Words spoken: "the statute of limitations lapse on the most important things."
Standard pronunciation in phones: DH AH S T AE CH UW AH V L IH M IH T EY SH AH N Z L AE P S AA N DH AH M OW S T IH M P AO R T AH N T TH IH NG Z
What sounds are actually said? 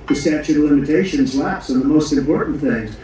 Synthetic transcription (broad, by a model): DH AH S T AE CH UW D L IH M IH T EY SH AH N Z L AE P S N DH AH M OW S T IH M P AO R T N TH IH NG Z